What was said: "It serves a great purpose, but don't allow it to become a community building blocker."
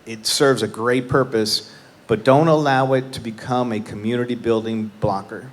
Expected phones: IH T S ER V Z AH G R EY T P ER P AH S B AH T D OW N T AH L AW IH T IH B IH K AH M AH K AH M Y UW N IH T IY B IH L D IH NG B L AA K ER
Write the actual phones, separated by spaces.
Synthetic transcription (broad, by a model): IH T S ER V Z AH G R EY T P ER P AH S B AH T D OW N T AH L AW IH T IH B IH K AH M AH K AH M Y UW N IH T IY B IH L D IH NG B L AA K ER